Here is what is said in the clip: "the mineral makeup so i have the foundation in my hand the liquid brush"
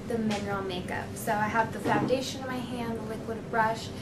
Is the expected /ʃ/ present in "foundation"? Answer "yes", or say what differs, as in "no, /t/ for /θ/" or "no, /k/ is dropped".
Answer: no, /ʃ/ is dropped